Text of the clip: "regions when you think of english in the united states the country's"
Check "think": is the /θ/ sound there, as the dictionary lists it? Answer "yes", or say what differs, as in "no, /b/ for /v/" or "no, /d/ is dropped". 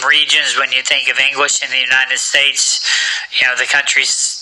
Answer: yes